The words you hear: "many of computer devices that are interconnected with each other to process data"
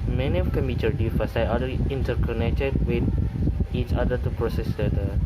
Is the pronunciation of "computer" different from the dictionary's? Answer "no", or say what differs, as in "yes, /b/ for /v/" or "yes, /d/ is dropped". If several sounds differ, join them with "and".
yes, /p/ is dropped